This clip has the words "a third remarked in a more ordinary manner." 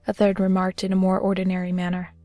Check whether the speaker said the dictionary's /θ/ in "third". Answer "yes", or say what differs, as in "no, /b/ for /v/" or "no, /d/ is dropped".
yes